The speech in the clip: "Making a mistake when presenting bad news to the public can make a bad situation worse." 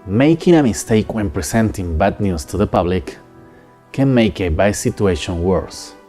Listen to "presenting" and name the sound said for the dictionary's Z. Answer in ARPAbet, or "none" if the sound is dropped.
S